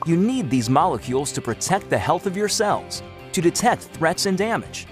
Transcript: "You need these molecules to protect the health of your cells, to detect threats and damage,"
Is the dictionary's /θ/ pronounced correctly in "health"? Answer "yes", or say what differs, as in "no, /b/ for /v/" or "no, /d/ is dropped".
yes